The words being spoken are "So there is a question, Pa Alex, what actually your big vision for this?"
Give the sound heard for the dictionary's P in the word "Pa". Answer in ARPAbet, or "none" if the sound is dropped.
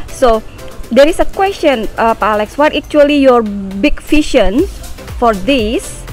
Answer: P